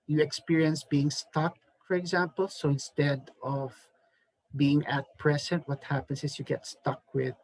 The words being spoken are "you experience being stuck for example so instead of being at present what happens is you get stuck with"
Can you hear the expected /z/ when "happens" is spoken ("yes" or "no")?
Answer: no